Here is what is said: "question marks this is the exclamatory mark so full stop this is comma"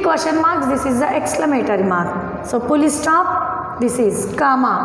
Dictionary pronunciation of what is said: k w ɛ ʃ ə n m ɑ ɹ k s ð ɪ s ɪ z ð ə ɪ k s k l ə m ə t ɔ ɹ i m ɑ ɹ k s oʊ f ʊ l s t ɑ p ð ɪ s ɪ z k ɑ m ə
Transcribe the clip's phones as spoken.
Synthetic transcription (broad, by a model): k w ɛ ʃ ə n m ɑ ɹ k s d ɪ s ɪ z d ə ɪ k s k l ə m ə t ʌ ɹ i m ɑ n s oʊ p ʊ l s t ɑ p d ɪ s ɪ z k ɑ m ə